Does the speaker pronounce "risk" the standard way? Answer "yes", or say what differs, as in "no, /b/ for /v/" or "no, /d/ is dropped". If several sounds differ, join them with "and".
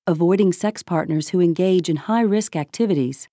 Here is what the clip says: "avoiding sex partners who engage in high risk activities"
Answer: yes